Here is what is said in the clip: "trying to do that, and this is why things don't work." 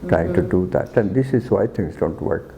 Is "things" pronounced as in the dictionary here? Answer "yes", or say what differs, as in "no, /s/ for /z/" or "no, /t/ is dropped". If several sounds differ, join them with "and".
no, /t/ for /θ/ and /s/ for /z/